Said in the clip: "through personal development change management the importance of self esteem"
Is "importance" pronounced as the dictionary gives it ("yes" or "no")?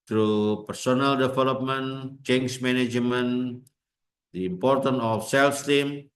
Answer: no